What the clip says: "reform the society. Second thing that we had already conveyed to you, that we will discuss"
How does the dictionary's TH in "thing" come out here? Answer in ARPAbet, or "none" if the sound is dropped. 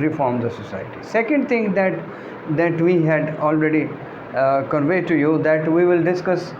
T